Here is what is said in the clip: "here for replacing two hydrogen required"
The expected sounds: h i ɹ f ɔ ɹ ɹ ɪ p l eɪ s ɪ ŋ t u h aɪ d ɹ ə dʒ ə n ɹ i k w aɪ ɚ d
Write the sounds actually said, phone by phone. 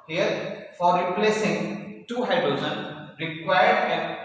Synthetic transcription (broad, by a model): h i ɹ f ɔ ɹ ɹ ɪ p l eɪ s ɪ ŋ t u h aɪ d ɹ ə z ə n ɹ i k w aɪ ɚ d